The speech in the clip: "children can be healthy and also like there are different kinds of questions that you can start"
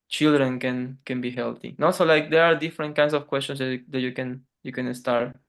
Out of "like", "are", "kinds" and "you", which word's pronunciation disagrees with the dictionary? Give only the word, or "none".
kinds